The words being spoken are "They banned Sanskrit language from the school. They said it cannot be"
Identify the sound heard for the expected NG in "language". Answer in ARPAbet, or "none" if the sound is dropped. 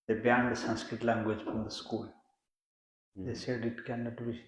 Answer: NG